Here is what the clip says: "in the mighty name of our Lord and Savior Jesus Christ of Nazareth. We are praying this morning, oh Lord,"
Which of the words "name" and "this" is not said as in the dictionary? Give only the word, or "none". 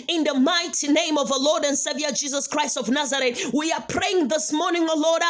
none